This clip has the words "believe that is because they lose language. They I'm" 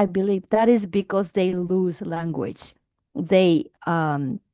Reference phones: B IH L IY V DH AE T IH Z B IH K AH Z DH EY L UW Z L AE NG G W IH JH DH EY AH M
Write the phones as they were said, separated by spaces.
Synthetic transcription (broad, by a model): B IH L IY V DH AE T IH Z B IH K AH Z DH EY L UW Z L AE NG G W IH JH DH EY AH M